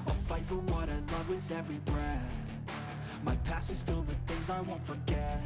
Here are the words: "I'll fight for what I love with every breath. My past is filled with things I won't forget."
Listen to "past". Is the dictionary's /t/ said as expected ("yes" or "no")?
no